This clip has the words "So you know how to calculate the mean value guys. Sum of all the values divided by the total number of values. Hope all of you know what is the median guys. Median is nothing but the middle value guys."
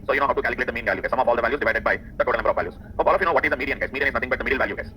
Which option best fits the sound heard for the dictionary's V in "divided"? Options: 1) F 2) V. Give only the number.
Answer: 2